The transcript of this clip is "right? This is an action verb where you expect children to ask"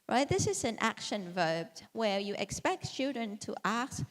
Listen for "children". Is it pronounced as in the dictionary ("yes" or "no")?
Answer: yes